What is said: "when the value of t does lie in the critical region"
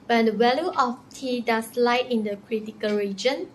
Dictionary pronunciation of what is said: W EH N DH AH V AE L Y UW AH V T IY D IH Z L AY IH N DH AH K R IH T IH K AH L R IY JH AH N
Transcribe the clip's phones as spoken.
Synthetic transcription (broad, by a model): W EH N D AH W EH L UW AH F T IY D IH S L AY IH N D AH K R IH T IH K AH L R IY JH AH N